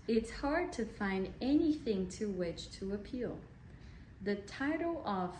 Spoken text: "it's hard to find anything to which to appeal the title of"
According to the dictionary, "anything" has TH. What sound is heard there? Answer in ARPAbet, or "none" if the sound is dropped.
TH